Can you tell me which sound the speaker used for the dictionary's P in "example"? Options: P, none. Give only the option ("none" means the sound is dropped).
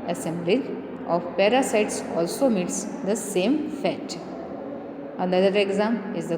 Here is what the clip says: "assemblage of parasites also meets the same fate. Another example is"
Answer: none